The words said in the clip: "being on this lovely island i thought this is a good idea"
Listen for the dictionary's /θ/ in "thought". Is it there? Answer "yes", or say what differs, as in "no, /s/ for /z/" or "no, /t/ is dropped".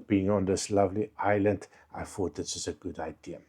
no, /f/ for /θ/